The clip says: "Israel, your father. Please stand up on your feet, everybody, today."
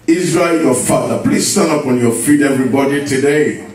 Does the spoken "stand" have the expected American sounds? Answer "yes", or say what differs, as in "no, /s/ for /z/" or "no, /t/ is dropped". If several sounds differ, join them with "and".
no, /d/ is dropped